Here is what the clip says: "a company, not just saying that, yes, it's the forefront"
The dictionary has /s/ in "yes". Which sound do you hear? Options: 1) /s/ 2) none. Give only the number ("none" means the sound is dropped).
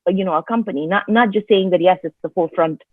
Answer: 1